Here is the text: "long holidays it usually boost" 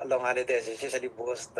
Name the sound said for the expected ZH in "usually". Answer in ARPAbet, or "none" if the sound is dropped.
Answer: S